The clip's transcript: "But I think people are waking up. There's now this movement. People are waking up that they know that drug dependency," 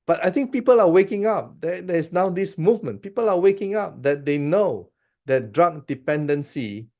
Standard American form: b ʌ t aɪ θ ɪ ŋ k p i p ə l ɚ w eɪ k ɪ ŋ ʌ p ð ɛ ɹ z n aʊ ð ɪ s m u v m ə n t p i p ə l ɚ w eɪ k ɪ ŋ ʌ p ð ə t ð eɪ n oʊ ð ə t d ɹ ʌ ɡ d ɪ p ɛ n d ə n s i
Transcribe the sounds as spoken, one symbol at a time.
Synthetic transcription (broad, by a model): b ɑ t aɪ t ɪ ŋ k p i p ə l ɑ w eɪ k ɪ ŋ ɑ p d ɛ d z n aʊ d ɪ s m u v m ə n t p i p ə l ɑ w eɪ k ɪ ŋ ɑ p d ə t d eɪ n oʊ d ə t d ɹ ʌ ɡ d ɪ p ɛ n d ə n s i